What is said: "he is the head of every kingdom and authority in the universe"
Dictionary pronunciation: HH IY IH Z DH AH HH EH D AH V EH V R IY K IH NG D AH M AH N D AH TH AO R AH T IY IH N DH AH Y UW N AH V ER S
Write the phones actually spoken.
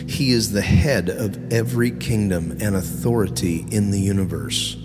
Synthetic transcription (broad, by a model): HH IY IH Z DH AH HH EH D AH V EH V R IY K IH NG D AH M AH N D AH TH AO R AH T IY IH N DH AH Y UW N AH V ER S